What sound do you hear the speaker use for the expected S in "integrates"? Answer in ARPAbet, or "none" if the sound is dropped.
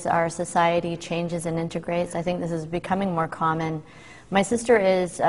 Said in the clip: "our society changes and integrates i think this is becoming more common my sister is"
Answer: S